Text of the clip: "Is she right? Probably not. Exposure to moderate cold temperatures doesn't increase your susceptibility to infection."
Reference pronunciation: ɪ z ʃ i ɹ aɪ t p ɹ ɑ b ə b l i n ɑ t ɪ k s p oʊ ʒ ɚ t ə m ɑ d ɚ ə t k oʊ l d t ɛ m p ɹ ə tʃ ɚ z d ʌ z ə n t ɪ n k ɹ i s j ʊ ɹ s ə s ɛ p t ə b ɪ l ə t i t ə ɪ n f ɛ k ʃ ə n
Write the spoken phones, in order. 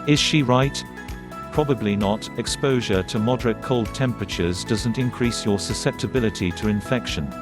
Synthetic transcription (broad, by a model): ɪ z ʃ i ɹ aɪ t p ɹ ɑ b ə b l i n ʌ t ɪ k s p oʊ ʒ ɚ t ə m ɑ d ɚ ə t k oʊ l d t ɛ m p ɹ ə tʃ ɚ z d ʌ z ə n t ɪ n k ɹ i s j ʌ ɹ s ə s ɛ p t ə b ɪ l ə t i t ə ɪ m f ɛ k ʃ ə n